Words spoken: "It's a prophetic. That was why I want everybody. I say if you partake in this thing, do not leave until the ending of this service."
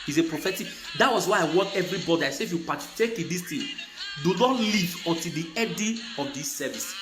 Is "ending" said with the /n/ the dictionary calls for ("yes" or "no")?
no